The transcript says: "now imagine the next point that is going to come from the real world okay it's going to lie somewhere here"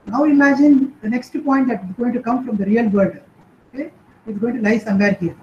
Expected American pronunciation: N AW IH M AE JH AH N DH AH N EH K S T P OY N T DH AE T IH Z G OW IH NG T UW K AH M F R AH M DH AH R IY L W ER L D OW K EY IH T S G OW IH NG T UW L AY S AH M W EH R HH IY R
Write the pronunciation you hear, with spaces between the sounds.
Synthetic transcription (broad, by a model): N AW IH M AE JH AH N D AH N EH K S T P OY N T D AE T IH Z G OW IH NG T UW K AH M F R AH M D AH R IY L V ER D OW K EY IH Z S G OW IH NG T UW L AY S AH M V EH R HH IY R